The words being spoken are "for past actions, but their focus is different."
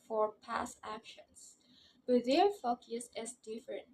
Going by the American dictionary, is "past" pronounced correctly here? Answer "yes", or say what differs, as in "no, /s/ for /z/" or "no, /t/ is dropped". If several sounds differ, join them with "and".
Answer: no, /t/ is dropped